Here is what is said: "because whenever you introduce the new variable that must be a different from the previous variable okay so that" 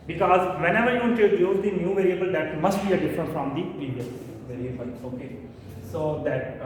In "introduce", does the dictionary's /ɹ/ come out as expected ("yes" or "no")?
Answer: no